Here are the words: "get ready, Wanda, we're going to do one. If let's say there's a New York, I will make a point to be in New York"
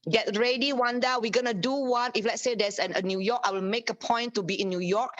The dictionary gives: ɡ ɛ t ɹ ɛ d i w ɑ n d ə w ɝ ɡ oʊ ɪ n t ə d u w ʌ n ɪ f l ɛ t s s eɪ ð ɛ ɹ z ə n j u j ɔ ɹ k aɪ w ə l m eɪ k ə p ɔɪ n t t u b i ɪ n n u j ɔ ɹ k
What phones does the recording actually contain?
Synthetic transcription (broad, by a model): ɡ ɛ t ɹ ɛ d i w ɑ n d ə w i ɡ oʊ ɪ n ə d u w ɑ n ɪ f l ɛ t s s eɪ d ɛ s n ə n j u j ɔ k aɪ w ə l m eɪ k ə p ɔɪ n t t u b i ɪ n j u j ɔ k